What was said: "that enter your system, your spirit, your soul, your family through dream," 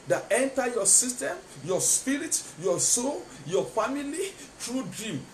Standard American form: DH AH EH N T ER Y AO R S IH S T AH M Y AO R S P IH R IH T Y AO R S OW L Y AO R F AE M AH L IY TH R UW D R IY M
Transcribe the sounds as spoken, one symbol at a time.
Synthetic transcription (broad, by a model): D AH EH N T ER Y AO S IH S T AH M Y AO S P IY R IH T Y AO S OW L Y AO F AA M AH L IY T R UW D R IY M